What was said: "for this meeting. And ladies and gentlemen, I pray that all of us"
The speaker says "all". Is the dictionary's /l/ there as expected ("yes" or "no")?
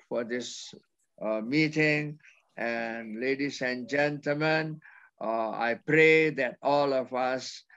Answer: yes